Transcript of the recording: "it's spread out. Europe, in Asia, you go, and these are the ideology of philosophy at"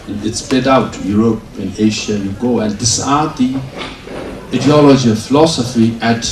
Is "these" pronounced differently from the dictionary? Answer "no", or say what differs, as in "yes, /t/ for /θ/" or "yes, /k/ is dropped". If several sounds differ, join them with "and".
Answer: yes, /s/ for /z/